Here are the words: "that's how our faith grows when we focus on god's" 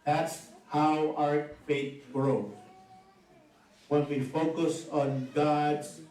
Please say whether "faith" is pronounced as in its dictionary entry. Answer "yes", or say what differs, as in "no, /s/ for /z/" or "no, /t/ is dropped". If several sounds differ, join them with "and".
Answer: no, /t/ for /θ/